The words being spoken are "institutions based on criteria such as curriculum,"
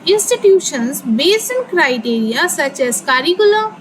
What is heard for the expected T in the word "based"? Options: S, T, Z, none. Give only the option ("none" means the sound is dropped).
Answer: none